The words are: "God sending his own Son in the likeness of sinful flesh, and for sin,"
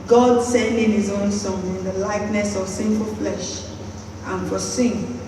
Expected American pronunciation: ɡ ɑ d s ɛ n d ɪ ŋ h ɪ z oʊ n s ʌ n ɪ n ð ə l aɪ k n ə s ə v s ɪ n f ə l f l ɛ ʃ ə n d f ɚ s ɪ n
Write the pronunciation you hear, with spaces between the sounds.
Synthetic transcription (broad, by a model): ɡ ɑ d s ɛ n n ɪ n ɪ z oʊ n s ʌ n ɪ n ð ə l aɪ k n ə s ə v s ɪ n f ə f l ɛ ʃ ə n f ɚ s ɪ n